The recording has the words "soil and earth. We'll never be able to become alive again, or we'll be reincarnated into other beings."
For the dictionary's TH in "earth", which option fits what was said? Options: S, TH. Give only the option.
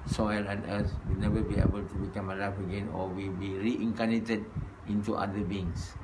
S